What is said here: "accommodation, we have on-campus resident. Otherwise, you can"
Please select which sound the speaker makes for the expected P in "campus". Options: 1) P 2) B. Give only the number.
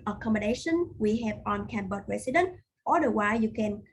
2